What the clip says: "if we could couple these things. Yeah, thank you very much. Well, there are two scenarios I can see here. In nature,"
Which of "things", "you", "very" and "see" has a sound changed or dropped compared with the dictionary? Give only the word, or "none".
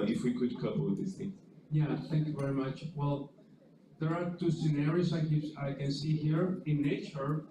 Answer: things